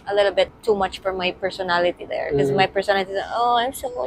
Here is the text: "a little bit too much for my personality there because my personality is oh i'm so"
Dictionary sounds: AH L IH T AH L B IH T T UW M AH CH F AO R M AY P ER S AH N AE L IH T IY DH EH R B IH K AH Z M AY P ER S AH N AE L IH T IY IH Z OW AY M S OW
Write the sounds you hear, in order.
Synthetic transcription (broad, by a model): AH L IH T AH L B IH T T UW M AH CH F AO R M AY P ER S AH N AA L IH T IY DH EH R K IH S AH M AY P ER S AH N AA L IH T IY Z OW AY M S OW